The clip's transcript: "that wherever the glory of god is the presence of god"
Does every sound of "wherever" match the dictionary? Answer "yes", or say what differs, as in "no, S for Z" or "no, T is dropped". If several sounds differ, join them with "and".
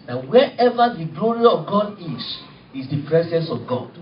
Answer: no, R is dropped